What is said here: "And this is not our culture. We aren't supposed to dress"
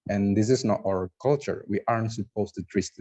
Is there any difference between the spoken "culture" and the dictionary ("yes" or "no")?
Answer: no